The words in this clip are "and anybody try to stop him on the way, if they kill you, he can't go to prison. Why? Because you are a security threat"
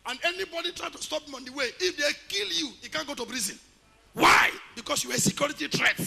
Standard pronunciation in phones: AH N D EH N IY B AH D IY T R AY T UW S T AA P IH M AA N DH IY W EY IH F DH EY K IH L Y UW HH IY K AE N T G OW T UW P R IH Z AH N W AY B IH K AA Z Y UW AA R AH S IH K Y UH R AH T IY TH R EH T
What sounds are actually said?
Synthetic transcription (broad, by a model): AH N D EH N IY B AH D IY T R AY T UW S T AA P IH M AA N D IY W EY IH F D EY K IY L Y UW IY K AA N G OW T UW B R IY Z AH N W AY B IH K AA S Y UW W AH S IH K Y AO R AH T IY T R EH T